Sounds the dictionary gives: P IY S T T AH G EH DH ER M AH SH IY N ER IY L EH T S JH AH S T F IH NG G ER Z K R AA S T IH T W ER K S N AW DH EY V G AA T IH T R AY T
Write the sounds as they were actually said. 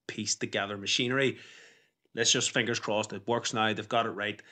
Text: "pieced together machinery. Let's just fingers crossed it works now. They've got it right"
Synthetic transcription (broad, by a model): P IY S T T AH G EH DH ER M AH SH IY N ER IY L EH T S JH AH S T F IH NG G ER Z K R AA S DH IH T W ER K S N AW DH EY V G AA T IH T R AY T